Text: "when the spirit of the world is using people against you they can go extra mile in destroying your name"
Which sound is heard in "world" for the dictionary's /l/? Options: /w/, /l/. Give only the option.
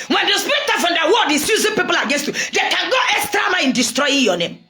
/w/